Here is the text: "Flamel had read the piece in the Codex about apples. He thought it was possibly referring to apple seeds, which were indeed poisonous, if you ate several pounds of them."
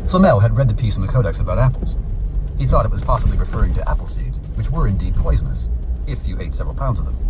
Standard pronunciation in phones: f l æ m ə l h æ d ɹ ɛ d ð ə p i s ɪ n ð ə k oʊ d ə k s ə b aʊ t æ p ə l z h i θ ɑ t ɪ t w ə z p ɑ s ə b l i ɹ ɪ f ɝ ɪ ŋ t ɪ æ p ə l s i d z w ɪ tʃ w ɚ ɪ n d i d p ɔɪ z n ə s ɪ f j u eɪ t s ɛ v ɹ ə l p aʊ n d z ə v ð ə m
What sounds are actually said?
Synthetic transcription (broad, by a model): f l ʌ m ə l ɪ d ɹ ɛ d ð ə p i s n ð ə k oʊ d ə k s ə b aʊ t æ p l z h i θ ɑ t ɪ t w ə z p ɑ s ə b l i ɹ ɪ f ɝ ɪ ŋ t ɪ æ p l s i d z w ɪ tʃ w ɚ ɪ n d i d p ɔɪ z n ə s ɪ f j u eɪ t s ɛ v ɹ l p aʊ n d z ə v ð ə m